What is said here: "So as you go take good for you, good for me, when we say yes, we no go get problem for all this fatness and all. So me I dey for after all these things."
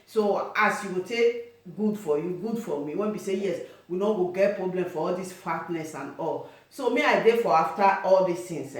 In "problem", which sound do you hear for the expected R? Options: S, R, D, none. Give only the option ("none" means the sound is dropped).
R